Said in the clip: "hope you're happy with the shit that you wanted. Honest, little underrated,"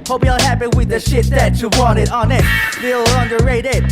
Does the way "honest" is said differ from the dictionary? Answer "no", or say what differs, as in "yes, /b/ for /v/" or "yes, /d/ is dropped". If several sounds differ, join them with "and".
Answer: yes, /s/ is dropped